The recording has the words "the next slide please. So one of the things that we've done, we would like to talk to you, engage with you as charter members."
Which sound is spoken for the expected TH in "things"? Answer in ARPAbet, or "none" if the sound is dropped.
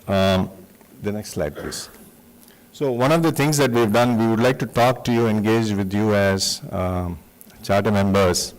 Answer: T